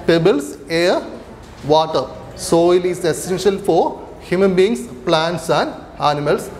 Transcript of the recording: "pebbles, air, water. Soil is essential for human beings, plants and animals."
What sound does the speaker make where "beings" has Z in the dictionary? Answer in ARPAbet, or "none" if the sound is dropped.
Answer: S